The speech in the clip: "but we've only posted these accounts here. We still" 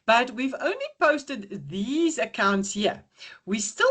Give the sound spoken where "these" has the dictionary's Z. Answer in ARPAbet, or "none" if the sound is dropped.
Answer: Z